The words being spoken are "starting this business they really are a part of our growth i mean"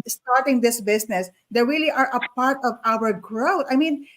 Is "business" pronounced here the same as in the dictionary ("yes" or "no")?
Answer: no